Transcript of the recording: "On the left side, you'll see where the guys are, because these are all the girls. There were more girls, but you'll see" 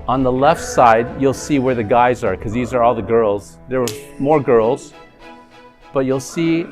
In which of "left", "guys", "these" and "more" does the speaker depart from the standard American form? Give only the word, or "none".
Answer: none